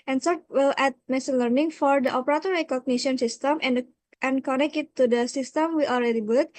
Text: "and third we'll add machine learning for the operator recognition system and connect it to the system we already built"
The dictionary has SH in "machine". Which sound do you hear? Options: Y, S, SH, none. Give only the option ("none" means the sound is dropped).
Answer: S